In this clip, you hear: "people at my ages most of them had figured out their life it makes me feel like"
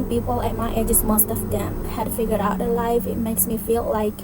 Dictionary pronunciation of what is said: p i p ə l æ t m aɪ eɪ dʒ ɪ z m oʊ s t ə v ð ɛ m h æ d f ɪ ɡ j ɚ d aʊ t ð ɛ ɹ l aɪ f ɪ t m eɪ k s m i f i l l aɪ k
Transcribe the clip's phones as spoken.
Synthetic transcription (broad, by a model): p i p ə l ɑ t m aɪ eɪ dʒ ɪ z m oʊ s t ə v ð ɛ m h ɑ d f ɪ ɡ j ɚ aʊ t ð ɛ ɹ l aɪ f ɪ t m eɪ k s m i f i l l aɪ k